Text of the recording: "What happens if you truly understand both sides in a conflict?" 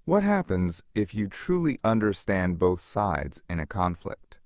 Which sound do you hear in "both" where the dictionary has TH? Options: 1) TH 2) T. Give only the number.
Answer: 1